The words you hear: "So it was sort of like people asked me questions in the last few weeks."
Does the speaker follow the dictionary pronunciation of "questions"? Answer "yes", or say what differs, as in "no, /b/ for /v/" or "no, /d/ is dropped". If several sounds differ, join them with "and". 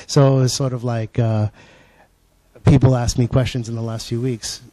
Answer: yes